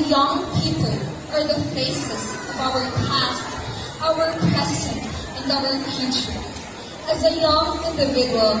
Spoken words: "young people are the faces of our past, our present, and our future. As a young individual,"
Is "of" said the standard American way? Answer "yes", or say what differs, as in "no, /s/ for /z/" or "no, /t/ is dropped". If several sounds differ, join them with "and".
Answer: yes